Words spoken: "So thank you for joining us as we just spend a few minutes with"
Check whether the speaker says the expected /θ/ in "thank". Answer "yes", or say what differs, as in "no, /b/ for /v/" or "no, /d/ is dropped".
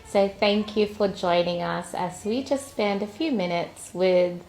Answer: yes